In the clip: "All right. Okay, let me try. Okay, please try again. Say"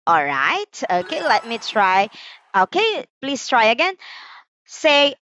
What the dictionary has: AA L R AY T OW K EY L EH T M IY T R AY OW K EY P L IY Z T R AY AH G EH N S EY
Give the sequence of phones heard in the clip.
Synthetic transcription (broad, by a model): AA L R AY T OW K EY L EH T M IY T R AY OW K EY P L IY S T R AY AH G EH N S EY